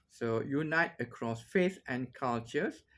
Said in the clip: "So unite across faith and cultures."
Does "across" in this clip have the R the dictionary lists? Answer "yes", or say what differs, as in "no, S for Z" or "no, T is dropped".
yes